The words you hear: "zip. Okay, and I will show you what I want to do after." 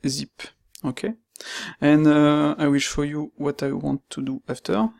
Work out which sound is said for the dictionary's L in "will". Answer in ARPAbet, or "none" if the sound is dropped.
L